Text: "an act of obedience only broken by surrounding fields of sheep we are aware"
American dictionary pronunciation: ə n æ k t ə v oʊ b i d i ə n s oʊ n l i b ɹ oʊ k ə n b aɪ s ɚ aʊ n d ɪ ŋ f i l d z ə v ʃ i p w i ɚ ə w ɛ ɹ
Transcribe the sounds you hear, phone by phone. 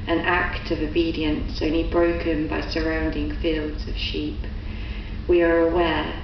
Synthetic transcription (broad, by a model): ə n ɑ k t ə v oʊ b i d i ə n s oʊ n l i b ɹ oʊ k ə n b aɪ s ɚ aʊ n d ɪ ŋ f i l d z ə v ʃ i p w i ɚ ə w ɛ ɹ